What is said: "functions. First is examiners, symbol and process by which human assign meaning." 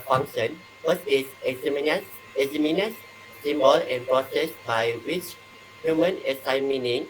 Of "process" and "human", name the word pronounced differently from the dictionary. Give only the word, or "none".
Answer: none